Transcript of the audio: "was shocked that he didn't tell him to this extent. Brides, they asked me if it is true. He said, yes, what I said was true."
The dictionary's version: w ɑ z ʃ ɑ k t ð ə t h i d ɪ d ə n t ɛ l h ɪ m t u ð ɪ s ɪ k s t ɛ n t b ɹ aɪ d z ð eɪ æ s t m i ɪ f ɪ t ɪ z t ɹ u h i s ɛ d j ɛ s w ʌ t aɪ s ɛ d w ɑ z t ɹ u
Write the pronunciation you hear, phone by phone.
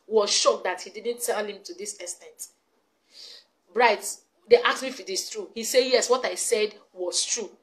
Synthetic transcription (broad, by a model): w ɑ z ʃ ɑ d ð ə t h i d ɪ d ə n t ɛ l h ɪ m t u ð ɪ s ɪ s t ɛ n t b ɹ aɪ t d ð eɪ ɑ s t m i ɪ f ɪ t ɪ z t ɹ u h i s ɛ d j ɛ s w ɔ t aɪ s ɛ d w ɑ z t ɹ u